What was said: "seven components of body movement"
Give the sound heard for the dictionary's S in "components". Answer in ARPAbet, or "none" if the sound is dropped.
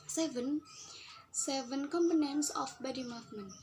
S